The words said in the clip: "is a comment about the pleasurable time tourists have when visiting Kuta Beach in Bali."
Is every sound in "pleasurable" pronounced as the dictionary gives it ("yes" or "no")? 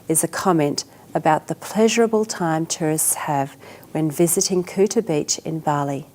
yes